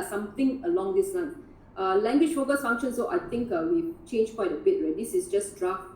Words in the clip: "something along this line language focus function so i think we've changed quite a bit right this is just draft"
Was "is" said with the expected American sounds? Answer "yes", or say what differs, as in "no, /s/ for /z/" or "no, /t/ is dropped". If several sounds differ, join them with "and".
no, /s/ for /z/